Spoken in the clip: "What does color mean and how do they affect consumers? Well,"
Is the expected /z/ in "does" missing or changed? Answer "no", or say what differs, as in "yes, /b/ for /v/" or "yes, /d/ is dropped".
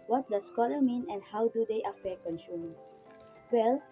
yes, /s/ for /z/